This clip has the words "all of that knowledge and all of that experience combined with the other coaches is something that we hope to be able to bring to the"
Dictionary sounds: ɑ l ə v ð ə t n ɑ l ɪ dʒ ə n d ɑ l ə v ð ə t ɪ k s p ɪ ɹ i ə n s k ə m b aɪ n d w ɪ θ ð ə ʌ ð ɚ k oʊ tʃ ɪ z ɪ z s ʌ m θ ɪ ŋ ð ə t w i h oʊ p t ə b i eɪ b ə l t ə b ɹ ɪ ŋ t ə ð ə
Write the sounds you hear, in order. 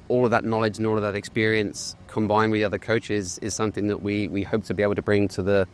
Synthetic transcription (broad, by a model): ɑ l ə v ð ə t n ɑ l ɪ dʒ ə n ɑ l ə v ð ə t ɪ k s p ɪ ɹ i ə n s k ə m b aɪ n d w ɪ ð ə ʌ ð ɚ k oʊ tʃ ɪ z ɪ z s ʌ m θ ɪ ŋ ð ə t w i h oʊ p t ə b i eɪ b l t ə b ɹ ɪ ŋ t ə ð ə